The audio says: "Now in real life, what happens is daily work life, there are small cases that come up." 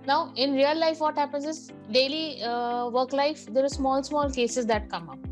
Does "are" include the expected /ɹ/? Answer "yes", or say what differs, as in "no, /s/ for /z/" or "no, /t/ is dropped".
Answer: no, /l/ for /ɹ/